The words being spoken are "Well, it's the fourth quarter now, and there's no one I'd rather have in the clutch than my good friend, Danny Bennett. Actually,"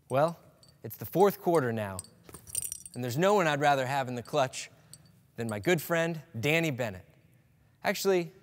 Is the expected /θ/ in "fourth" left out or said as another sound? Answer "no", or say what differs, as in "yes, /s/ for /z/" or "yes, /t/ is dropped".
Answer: no